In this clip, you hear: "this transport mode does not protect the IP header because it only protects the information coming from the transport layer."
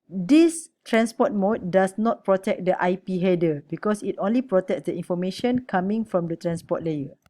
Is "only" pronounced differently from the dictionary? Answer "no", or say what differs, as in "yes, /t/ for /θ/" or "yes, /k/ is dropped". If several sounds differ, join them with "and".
no